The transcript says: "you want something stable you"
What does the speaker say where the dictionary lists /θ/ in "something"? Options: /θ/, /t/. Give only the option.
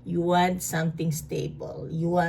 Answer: /t/